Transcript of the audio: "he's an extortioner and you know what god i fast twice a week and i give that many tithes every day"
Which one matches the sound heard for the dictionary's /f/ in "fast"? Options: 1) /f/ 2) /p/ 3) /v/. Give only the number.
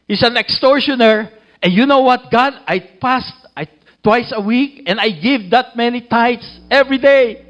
2